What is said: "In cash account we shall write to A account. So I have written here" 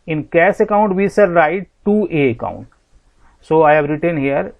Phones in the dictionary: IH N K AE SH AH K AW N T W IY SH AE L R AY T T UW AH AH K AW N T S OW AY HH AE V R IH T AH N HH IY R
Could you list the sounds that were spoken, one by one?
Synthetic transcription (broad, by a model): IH N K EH S AH K AW N T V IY S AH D R AY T T UW AH AH K AW N T S OW AY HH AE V R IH T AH N HH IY R